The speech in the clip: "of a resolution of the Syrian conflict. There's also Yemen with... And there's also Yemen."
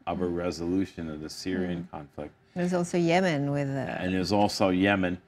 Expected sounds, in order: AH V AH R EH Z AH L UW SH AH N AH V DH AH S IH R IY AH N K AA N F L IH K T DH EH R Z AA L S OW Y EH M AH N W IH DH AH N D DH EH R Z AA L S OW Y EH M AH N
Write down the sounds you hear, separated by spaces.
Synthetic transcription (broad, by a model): AH V AH R EH Z AH L UW SH AH N AH V DH AH S IH R IY AH N K AA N F L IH K T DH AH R Z AA L S OW Y EH M AH N W IH DH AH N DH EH W Z AA L S OW Y EH M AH N